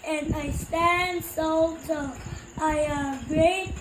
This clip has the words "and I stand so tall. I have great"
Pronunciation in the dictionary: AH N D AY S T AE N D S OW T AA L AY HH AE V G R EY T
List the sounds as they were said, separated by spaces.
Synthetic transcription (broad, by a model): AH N AY S T AE N D S OW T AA AY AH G R EY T